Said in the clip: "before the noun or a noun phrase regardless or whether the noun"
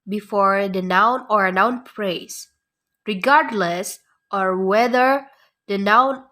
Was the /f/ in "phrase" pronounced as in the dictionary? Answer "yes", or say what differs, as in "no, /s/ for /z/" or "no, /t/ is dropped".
no, /p/ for /f/